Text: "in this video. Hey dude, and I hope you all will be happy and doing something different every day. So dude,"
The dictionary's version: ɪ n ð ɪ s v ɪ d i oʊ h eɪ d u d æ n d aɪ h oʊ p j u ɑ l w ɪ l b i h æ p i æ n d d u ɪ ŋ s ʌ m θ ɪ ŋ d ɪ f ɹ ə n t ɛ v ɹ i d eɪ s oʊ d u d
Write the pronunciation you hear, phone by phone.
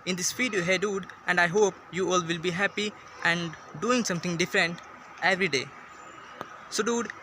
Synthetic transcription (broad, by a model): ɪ n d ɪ s f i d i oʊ h eɪ d u d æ n d aɪ h oʊ p j u ɑ l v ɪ l b i h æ p i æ n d d u ɪ ŋ s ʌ m t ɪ ŋ d ɪ f ɹ ə n t ɛ v ɹ i d eɪ s oʊ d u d